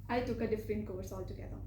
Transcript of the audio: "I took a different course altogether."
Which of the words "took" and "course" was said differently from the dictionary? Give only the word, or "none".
course